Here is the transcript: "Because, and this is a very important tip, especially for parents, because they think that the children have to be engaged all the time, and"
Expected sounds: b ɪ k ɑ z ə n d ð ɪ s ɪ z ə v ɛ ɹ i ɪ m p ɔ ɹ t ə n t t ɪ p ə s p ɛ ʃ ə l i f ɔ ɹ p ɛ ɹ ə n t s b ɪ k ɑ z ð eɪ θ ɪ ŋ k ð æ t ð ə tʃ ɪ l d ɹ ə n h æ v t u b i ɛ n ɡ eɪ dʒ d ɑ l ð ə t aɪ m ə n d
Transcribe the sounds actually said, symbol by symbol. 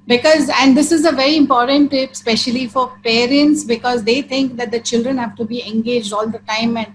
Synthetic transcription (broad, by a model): b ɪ k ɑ z ə n d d ɪ s ɪ z ə v ɛ ɹ i ɪ m p ɔ ɹ t ə n t t ɪ p s p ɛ ʃ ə l i f ɔ ɹ p ɛ ɹ ə n t s b ɪ k ɑ z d eɪ t ɪ ŋ k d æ t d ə tʃ ɪ l d ɹ ə n h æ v t u b i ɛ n ɡ eɪ dʒ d ɑ l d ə t aɪ m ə n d